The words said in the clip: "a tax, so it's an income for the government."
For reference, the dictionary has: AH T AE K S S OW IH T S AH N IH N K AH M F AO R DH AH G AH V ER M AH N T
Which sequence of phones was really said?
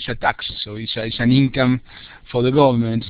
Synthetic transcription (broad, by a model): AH T AE K S S OW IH S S AH N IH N K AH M F AO R DH AH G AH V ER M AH N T